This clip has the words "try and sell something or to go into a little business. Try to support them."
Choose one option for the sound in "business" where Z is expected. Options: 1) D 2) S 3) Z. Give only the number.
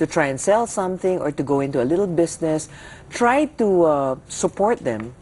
2